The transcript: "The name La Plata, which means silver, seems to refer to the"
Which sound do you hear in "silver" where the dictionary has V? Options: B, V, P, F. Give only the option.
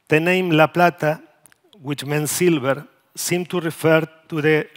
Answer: B